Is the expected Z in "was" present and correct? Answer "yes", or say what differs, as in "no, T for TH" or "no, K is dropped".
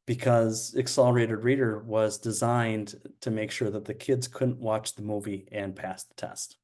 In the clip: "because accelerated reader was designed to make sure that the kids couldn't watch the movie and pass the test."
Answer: yes